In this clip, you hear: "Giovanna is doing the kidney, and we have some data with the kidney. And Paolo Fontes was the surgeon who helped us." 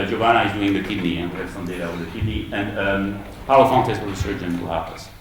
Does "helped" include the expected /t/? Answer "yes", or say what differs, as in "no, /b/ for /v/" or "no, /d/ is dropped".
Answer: no, /t/ is dropped